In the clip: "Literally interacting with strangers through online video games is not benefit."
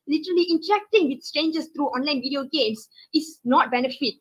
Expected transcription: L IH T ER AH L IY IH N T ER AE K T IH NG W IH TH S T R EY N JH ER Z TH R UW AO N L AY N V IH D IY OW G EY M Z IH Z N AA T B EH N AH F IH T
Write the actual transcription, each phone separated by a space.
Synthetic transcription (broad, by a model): L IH T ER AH L IY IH N T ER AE K T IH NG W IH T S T EY N JH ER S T R UW AO N L AY N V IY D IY OW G EY M S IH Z N AA T B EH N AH F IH T